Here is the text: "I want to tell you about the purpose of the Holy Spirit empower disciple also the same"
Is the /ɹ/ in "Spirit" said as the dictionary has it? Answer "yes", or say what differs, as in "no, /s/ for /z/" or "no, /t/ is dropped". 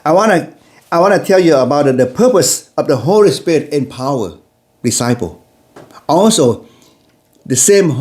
yes